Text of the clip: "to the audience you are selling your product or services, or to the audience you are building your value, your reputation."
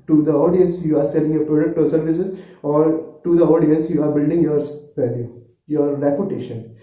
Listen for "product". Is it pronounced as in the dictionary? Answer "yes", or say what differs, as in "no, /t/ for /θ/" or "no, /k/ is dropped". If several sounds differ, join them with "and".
yes